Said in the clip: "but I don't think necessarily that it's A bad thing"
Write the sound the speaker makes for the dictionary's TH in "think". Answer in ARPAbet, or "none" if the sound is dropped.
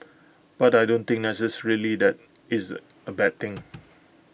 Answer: T